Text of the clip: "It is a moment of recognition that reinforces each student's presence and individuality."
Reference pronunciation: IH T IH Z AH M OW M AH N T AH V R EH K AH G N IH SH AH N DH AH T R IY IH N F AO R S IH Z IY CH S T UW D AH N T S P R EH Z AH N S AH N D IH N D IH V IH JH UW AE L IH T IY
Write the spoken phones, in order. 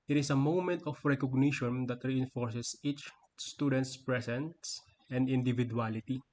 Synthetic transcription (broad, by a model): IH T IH S AH M OW M AH N T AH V R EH K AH G N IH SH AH N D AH T R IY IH N F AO R S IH S IY CH S T UW D AH N T S P R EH S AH N S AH N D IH N D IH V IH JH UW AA L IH T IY